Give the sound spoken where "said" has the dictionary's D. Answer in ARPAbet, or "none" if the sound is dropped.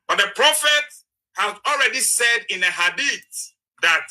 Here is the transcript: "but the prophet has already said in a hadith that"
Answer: D